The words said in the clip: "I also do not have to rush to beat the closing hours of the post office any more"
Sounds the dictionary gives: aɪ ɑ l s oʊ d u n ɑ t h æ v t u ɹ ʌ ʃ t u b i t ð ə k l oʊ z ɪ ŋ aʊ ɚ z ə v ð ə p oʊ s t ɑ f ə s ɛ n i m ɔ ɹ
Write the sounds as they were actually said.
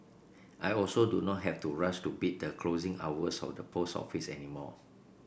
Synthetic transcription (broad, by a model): aɪ ɑ l s oʊ d u n ɑ t h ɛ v t u ɹ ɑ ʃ t u b i t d ə k l oʊ z ɪ ŋ aʊ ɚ s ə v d ə p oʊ s ɑ f ə s ɛ n i m ɔ